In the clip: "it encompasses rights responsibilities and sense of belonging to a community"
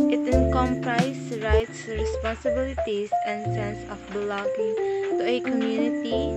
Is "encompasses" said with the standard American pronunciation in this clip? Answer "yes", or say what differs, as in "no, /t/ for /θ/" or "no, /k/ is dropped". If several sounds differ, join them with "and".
no, /s/ is dropped